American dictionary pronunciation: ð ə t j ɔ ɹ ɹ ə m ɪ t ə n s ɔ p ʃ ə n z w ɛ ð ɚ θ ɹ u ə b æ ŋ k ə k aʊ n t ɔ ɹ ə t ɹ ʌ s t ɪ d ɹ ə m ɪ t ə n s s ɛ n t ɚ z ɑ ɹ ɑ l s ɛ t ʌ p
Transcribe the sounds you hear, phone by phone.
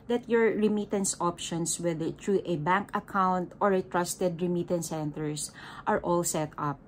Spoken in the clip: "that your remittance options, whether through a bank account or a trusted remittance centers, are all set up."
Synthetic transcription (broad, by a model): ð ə t j ɔ ɹ ɹ ə m ɪ t ə n s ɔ p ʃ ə n s w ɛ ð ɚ t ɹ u ə b æ ŋ k ə k aʊ n t ɔ ɹ ə t ɹ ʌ s t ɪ d ɹ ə m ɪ t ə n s s ɛ n t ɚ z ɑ ɹ ɑ l s ɛ t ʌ p